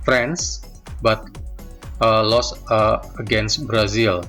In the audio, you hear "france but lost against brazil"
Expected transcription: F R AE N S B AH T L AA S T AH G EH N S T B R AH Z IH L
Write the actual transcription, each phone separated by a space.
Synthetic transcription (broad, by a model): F R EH N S B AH T L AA S AH G EH N S T B R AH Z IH L